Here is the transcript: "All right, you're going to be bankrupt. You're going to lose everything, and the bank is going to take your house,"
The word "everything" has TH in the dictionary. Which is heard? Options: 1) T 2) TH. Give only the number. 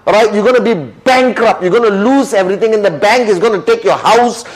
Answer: 1